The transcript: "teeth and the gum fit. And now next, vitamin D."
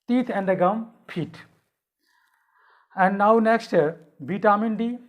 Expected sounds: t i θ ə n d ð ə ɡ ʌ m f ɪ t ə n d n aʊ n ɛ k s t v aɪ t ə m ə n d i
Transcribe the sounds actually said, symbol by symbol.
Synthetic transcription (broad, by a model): t i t ə n d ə ɡ ʌ m p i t ə n d n aʊ n ɛ k s t b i t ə m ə n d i